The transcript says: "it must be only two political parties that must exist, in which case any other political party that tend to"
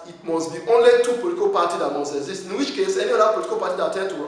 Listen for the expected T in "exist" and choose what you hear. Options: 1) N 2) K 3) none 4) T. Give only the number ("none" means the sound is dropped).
3